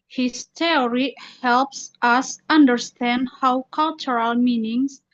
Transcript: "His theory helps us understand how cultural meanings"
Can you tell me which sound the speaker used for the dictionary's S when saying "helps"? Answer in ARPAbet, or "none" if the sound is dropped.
S